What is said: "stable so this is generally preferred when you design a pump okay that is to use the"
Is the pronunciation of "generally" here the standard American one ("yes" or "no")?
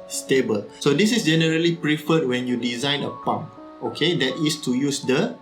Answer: yes